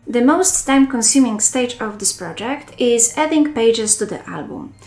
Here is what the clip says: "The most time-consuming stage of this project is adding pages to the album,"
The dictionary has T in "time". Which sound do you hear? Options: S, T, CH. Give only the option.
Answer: T